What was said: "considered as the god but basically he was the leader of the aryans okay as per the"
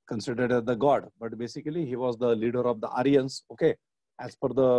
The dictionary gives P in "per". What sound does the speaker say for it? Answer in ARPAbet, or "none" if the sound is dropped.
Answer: F